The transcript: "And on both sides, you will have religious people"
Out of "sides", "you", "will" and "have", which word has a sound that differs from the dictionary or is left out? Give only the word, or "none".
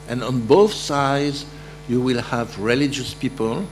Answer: none